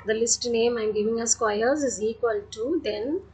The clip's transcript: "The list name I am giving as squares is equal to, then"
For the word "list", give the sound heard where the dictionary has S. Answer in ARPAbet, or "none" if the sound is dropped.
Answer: S